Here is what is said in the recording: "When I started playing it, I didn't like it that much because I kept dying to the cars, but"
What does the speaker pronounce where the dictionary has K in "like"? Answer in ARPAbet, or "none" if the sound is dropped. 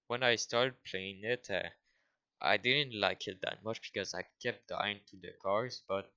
K